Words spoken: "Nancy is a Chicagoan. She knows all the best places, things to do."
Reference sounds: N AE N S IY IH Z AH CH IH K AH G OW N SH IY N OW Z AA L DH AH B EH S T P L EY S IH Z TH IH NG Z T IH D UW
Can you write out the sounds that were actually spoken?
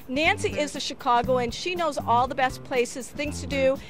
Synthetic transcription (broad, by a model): N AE N S IY IH Z AH SH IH K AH G OW N SH IY N OW Z AA L DH AH B EH S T P L EY S IH Z TH IH NG Z T IH D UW